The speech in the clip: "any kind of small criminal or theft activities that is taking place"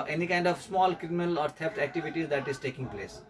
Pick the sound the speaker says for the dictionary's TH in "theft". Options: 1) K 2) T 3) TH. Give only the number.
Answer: 2